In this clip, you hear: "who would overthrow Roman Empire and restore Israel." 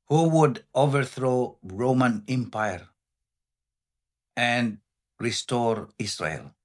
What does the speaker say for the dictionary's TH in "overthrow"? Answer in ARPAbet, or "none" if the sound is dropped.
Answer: TH